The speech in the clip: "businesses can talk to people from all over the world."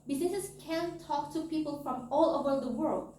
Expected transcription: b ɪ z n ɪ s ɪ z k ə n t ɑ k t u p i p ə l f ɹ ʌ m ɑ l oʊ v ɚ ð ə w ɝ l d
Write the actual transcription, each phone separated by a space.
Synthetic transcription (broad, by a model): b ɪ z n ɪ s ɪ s k ə n t ɑ k t u p i p ə l f ɹ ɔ m ɑ l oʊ b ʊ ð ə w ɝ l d